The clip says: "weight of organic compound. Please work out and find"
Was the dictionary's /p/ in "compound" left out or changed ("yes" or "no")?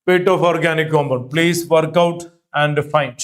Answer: yes